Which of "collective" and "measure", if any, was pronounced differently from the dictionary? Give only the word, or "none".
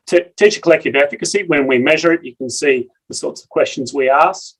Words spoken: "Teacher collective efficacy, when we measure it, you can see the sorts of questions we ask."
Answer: none